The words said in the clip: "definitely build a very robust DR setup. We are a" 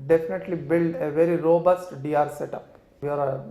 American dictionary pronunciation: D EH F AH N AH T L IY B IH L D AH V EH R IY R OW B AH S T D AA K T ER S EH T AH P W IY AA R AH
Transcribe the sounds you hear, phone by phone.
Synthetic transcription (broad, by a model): D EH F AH N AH T L IY B IH L D AH V EH R IY R OW B AH S T D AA T S EH T AH P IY AA R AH